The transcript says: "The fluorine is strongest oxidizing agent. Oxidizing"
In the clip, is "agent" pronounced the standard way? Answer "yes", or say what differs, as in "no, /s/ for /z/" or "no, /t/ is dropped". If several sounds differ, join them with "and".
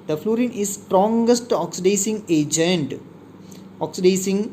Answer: yes